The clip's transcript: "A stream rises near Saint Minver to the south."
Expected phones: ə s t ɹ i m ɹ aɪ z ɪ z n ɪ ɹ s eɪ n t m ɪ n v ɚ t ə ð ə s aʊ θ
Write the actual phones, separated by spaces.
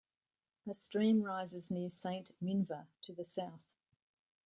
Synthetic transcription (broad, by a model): ə s t ɹ i m ɹ aɪ z ɪ z n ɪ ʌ s eɪ n t m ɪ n v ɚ t ə ð ə s aʊ θ